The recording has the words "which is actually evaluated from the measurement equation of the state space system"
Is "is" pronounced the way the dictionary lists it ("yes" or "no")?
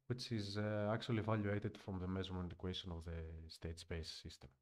yes